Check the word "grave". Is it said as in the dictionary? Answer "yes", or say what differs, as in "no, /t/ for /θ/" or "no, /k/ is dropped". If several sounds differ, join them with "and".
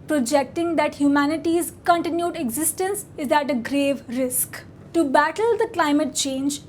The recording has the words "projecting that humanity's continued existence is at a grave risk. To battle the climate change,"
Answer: yes